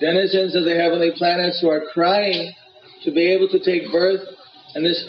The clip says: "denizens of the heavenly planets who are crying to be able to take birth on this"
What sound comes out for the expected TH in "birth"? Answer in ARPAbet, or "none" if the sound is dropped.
TH